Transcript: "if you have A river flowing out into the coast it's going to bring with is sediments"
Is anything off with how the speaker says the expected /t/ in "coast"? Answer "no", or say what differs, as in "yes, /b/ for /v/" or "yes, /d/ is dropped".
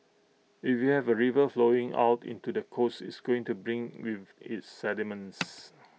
yes, /t/ is dropped